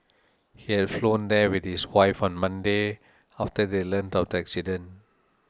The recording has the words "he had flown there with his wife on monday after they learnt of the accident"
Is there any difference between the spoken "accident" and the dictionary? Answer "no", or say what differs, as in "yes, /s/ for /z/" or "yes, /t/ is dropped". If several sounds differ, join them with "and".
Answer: yes, /t/ is dropped